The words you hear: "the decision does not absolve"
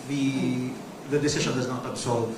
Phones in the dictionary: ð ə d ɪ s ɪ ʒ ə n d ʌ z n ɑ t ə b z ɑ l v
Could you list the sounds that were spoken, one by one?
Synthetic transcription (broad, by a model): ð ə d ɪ s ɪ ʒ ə n d ʌ z n ɑ t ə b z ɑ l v